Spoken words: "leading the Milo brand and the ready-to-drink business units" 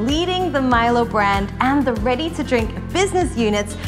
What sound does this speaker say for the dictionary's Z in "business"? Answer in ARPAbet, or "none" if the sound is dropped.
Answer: Z